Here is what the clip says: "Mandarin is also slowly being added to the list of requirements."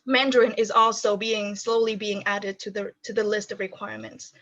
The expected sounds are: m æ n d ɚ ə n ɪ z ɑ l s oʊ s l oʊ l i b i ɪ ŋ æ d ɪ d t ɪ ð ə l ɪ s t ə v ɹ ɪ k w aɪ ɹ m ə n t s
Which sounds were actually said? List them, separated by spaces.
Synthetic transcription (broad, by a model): m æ n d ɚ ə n ɪ z ɑ l s oʊ s l oʊ l i b i ɪ ŋ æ d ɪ d t ɪ ð ə l ɪ s t ə v ɹ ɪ k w aɪ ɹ m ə n t s